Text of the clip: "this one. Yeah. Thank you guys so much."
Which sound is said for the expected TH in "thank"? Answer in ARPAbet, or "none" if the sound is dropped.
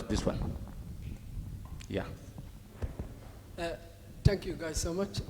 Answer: T